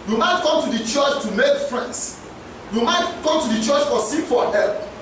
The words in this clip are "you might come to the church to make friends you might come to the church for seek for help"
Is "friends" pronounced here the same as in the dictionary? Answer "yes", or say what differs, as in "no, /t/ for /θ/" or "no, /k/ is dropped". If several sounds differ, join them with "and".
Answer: no, /s/ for /z/